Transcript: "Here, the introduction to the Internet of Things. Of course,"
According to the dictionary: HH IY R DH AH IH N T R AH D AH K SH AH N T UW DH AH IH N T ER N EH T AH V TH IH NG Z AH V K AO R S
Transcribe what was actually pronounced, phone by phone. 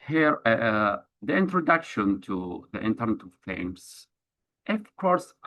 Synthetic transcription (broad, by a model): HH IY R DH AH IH N T R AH D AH K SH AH N T UW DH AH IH N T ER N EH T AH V F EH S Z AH F K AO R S